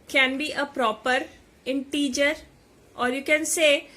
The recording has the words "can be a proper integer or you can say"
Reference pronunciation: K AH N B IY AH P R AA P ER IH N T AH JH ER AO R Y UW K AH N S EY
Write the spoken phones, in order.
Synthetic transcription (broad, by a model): K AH N B IY AH P R AA P ER IH N T AH JH ER AO R Y UW K AH N S EY